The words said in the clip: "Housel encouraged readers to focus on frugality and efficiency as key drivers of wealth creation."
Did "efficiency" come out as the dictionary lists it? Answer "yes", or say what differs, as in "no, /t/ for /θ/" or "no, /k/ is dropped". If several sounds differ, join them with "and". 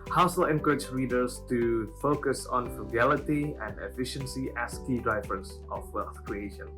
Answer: yes